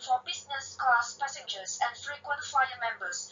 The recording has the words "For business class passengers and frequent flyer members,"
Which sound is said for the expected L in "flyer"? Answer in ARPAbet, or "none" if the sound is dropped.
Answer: none